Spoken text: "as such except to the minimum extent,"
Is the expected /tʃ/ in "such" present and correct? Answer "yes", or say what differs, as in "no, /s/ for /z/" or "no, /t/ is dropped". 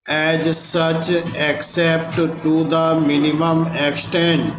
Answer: yes